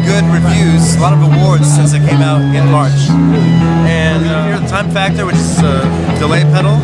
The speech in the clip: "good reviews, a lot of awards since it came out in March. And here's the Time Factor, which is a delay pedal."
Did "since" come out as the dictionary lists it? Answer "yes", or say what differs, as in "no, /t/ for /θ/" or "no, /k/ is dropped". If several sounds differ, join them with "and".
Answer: yes